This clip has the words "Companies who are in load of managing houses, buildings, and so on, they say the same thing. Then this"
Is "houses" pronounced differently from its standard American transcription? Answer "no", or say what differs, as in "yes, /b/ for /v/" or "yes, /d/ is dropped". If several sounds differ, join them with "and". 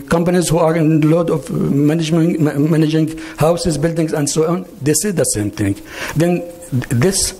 no